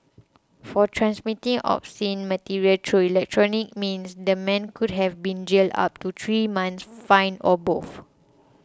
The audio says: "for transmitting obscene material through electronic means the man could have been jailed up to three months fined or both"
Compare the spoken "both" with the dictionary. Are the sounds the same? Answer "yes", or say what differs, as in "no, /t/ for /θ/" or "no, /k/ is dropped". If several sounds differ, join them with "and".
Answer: no, /f/ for /θ/